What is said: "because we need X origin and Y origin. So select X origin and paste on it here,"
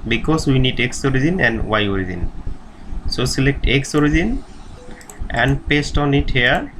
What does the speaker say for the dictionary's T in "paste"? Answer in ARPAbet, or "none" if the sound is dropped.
T